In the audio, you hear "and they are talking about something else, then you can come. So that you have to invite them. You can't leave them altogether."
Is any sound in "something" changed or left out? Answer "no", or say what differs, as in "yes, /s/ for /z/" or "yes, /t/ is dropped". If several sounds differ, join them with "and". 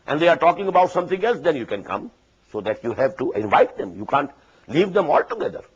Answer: yes, /t/ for /θ/